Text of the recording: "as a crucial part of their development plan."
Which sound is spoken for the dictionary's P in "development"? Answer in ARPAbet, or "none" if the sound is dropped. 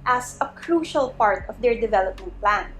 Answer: P